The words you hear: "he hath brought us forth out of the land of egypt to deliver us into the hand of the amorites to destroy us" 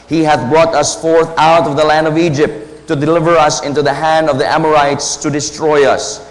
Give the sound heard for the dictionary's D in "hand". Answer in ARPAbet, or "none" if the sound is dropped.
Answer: D